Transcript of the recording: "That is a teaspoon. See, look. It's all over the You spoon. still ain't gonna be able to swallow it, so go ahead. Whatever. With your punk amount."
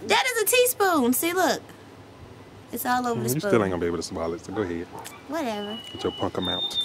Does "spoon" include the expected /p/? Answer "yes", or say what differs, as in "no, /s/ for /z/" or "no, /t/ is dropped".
no, /p/ is dropped